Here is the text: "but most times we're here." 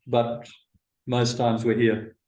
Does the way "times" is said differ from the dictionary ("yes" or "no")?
no